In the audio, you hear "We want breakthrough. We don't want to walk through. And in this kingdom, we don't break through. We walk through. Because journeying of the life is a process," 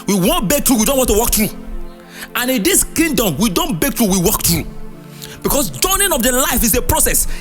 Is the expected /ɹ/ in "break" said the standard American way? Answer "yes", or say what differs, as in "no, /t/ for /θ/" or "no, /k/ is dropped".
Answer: no, /ɹ/ is dropped